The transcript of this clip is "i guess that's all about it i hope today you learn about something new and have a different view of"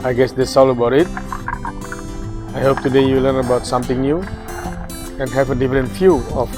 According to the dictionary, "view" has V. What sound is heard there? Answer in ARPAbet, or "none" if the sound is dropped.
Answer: F